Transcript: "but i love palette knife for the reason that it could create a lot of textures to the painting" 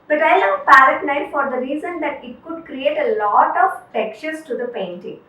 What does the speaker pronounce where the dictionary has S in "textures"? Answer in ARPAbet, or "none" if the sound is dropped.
none